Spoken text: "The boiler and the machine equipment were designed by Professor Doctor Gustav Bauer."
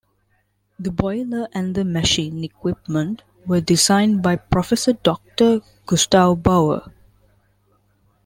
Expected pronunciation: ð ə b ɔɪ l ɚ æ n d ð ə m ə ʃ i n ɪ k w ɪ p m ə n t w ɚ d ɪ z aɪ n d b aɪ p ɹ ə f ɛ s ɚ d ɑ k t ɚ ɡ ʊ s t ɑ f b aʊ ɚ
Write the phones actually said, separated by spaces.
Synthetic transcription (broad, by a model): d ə b ɔɪ l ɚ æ n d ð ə m ə ʃ i n ɪ k w ɪ p m ə n t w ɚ d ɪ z aɪ n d b aɪ p ɹ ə f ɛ s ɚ d ɑ k t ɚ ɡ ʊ s t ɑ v b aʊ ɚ